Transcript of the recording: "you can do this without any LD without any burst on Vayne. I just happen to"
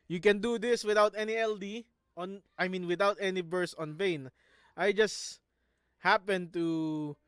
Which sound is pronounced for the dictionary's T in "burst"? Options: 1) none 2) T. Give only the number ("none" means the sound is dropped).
1